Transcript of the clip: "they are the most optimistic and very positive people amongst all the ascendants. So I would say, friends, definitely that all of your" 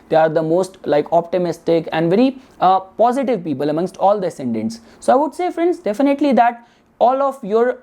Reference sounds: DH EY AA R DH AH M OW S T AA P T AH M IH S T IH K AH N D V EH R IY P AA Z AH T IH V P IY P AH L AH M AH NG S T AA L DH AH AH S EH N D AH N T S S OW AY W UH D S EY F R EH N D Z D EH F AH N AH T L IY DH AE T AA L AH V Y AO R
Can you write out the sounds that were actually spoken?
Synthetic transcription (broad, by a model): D EY AA R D AH M OW S T AA P T AH M IH S T IH K AH N D V EH R IY P AA Z AH T IH V P IY P AH L AH M AH NG S T AA L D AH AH S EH N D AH N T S S OW AY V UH D S EY F R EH N D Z D EH F AH N AH T L IY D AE T AA L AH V Y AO R